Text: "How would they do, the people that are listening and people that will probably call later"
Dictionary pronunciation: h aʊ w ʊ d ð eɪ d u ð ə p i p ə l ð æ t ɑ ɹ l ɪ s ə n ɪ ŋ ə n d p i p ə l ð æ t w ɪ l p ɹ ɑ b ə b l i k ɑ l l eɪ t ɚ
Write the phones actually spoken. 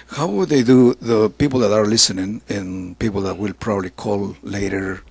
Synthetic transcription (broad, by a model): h aʊ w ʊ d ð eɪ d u ð ə p i p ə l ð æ t ɑ ɹ l ɪ s ə n ɪ ŋ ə n p i p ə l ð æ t w ɪ l p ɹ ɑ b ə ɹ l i k ɑ l l eɪ t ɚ